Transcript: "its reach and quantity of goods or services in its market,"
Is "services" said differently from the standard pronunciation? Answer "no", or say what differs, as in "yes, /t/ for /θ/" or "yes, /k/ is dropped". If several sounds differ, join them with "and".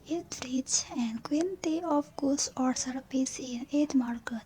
yes, /p/ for /v/